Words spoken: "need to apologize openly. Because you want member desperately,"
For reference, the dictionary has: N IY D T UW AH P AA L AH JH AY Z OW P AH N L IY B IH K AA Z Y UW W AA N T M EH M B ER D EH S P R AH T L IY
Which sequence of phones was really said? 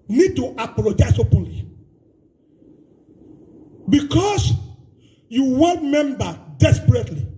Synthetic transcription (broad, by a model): N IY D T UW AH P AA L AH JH AY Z OW P AH N L IY B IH K AA S Y UW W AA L M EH M B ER D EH S P R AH T L IY